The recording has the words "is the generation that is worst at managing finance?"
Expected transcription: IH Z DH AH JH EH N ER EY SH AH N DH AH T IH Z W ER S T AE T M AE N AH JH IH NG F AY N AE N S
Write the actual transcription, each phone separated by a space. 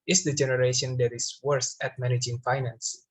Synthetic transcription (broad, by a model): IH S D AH JH EH N ER EY SH AH N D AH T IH S W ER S AE T M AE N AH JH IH NG F AY N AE N S